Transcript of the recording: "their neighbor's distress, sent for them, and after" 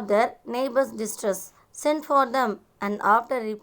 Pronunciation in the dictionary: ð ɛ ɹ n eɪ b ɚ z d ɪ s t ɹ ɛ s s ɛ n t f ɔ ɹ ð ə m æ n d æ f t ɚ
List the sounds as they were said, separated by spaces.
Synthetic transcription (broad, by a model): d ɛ ɹ n eɪ b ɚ s d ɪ s t ɹ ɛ s s ɛ n t f ɔ ɹ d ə m æ n d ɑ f t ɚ